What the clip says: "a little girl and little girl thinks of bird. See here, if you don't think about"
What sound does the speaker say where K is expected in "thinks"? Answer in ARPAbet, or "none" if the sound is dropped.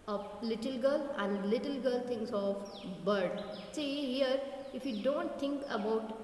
none